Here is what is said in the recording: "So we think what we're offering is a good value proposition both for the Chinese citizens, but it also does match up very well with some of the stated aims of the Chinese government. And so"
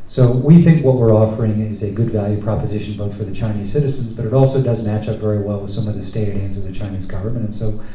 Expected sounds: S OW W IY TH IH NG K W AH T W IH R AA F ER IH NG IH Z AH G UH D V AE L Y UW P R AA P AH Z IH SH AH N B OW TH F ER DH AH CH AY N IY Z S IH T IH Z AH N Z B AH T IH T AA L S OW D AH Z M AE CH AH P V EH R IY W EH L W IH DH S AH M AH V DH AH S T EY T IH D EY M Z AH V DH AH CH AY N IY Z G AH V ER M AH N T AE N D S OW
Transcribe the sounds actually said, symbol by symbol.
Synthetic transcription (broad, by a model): S OW W IY TH IH NG K W AH T W IH R AA F ER IH NG IH Z AH G UH D V AE L Y UW P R AA P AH Z IH SH N B OW TH F ER DH AH CH AY N IY Z S IH T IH Z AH N Z B AH T IH T AA L S OW D AH Z M AE CH AH P V EH R IY W EH L W IH DH S AH M AH V DH AH S T EY T IH D EY M Z AH V DH AH CH AY N IY Z G AH V ER M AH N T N S OW